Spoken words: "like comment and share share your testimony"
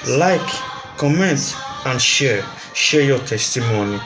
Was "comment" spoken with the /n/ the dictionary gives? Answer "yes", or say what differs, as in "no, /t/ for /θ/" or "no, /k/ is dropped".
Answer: yes